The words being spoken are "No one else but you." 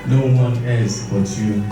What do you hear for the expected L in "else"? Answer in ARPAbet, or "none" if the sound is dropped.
none